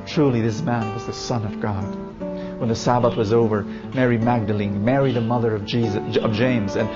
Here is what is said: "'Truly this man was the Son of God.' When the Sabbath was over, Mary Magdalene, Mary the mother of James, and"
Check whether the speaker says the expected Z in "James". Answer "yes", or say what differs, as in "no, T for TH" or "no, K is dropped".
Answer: yes